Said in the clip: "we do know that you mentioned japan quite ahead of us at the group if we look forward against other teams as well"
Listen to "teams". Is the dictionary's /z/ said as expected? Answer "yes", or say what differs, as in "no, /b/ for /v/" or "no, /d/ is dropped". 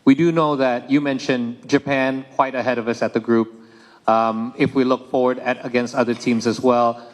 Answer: yes